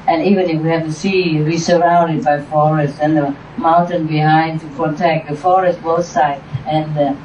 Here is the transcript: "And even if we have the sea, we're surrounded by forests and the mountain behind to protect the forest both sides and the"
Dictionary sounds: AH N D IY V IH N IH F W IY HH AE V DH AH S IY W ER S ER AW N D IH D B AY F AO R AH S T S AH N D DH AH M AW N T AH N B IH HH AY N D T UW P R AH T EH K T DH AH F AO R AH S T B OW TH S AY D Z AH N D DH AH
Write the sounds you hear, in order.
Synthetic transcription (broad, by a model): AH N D IY V IH N IH F W IY HH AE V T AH S IY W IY S ER AW N D IH D B AY F AO R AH S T AH N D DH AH M AW N T AH N B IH HH AY N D T UW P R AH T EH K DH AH F AO R AH S T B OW S AY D AH N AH